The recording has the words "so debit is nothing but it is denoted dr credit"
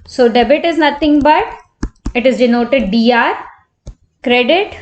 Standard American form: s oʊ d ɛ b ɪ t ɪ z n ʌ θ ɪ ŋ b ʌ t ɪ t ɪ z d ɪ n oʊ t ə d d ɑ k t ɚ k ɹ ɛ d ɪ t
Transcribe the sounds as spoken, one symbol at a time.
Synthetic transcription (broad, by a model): s oʊ d ɛ b ɪ t ɪ z n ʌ t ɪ ŋ b ʌ t ɪ t ɪ z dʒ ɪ n oʊ t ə d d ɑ t k ɹ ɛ d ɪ t